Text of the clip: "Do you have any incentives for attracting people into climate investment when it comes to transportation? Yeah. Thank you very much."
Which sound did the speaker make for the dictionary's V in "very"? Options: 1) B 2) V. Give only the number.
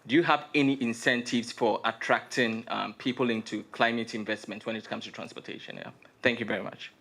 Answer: 2